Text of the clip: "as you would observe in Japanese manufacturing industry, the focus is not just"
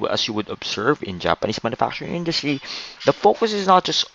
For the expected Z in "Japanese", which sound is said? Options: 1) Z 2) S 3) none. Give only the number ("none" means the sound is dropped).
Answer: 2